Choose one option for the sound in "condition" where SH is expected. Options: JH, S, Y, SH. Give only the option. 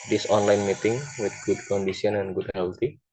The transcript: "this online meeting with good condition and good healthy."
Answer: S